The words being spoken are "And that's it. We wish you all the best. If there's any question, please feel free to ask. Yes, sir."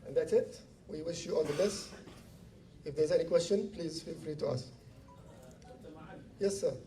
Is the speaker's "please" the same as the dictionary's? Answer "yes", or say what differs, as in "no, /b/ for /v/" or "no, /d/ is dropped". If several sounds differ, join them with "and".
yes